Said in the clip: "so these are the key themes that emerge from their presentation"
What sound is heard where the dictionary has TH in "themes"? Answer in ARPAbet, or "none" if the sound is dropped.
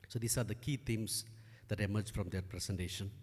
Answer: T